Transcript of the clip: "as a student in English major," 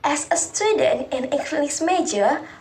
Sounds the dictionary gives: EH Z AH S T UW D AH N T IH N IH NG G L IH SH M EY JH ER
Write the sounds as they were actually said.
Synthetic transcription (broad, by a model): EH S AH S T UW D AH N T IH N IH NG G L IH S M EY JH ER